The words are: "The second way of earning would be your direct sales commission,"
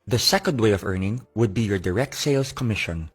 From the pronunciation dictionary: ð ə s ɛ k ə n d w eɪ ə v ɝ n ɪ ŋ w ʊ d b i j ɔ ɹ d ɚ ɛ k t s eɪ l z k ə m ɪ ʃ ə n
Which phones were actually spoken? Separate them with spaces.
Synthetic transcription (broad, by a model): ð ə s ɛ k ə n d w eɪ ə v ɝ n ɪ ŋ w ʊ d b i j ɔ ɹ d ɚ ɛ k t s eɪ l s k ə m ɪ ʃ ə n